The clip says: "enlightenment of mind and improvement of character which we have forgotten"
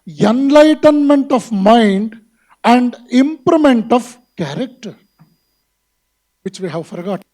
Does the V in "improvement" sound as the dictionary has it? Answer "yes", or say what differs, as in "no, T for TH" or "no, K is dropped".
no, V is dropped